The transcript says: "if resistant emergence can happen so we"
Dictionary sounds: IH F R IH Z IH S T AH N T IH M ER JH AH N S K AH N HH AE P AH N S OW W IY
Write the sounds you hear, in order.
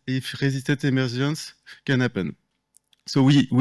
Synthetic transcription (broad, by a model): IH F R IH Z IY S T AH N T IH M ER ZH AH N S K AH N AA P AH N S OW W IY